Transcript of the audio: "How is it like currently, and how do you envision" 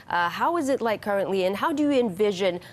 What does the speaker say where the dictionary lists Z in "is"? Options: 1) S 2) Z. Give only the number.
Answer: 2